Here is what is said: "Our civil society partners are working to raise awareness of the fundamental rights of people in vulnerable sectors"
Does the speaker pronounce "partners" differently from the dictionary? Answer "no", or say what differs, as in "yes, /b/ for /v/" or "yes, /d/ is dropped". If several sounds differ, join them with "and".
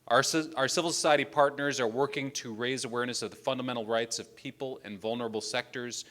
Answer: no